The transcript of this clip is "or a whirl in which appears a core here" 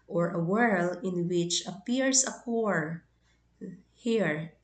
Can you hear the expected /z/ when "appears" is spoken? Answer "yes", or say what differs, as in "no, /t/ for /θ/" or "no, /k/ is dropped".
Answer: no, /s/ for /z/